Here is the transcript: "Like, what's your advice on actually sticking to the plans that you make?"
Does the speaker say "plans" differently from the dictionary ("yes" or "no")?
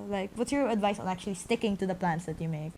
yes